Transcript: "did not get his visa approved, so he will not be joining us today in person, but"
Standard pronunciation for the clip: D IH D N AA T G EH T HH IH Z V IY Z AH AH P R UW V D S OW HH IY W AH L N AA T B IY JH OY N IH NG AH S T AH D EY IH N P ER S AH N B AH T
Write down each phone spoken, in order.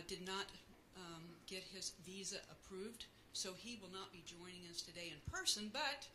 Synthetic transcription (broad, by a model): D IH D N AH T G EH T HH IH Z V IY Z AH AH P R UW V D S OW IY W AH L N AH T B IY JH OY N IH NG AH S T AH D EY IH N P ER S AH N B AH T